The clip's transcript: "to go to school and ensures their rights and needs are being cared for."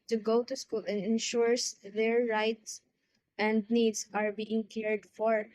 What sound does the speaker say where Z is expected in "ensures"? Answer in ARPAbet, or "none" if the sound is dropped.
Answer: S